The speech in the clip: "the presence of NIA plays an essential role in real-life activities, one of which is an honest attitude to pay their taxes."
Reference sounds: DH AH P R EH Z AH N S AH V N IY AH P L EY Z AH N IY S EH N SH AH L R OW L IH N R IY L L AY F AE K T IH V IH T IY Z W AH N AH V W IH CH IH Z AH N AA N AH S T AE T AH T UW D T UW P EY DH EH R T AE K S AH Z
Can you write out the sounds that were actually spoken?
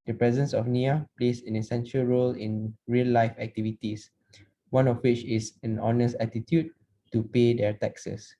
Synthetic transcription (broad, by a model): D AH P R EH Z AH N S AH F N IY AH P L EY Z AH N IY S EH N SH AH L R OW L IH N R IY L L AY F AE K T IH V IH T IY S W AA N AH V W IH CH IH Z AH N AA N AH S T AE T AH T UW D T UW P EY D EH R T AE K S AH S